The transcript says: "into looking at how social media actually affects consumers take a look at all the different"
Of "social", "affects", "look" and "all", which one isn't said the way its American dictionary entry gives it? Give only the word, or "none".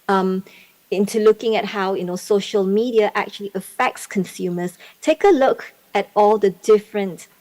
none